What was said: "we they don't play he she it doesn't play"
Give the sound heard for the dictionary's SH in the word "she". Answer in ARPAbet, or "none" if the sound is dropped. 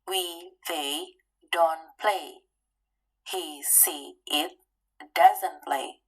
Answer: S